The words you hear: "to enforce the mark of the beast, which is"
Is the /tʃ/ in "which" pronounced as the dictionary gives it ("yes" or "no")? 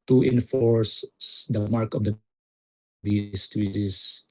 no